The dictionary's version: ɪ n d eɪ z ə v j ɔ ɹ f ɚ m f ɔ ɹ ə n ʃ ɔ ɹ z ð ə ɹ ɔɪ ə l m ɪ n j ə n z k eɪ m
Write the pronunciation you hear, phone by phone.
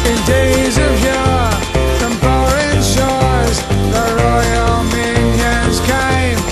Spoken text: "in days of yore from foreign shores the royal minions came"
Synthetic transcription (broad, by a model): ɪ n d eɪ z ə v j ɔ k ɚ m p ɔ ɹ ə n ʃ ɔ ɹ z ð ə ɹ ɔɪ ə l m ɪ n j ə n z k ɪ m